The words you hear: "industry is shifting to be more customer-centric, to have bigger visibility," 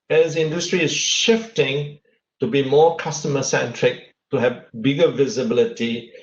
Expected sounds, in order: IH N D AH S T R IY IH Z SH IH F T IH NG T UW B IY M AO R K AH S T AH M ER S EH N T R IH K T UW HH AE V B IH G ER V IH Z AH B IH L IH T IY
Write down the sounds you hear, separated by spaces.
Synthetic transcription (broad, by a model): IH N D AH S T R IY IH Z SH IH F T IH NG T UW B IY M AO K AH S T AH M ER S EH N T R IH K T UW HH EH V B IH G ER V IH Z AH B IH L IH T IY